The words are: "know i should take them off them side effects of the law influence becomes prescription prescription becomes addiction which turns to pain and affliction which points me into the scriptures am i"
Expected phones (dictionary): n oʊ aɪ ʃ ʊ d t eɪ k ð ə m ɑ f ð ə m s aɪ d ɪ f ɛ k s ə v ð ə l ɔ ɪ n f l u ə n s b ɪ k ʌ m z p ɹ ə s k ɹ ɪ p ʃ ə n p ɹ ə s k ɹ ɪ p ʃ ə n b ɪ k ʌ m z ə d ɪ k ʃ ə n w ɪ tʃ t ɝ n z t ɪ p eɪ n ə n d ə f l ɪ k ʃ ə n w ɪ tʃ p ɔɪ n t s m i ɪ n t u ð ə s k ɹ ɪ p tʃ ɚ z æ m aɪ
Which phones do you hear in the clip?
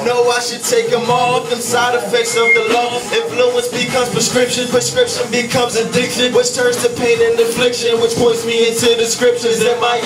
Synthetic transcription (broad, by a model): n oʊ aɪ ʃ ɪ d t eɪ k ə m ɑ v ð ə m s aɪ d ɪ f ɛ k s ə v ð ə l ɔ ɪ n f l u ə n s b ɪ k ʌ z p ɹ ə s k ɹ ɪ p ʃ ə n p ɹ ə s k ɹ ɪ p ʃ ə n b ɪ k ʌ m z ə d ɪ k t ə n w ɪ tʃ t ɝ n z t ɪ p eɪ n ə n ə f l ɪ k ʃ ə n w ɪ tʃ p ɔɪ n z m i ɪ n t u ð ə s k ɹ ɪ p ʃ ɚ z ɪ m aɪ